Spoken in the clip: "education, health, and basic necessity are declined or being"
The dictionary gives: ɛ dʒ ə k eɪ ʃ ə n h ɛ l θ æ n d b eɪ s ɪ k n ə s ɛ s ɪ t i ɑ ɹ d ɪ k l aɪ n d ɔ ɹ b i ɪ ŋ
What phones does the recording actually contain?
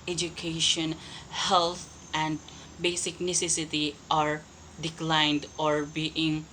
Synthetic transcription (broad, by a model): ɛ dʒ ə k eɪ ʃ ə n h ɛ l t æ n d b eɪ s ɪ k n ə s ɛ s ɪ t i ɑ ɹ d ɪ k l aɪ n d ɔ ɹ b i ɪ ŋ